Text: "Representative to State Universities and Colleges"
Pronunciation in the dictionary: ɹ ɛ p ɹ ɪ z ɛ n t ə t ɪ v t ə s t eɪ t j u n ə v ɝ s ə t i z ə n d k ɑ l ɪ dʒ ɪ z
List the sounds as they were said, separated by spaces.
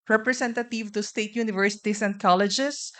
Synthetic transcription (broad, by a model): ɹ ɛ p ɹ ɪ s ɛ n t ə t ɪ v t ə s t eɪ t j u n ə v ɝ s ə t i s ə n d k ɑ l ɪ dʒ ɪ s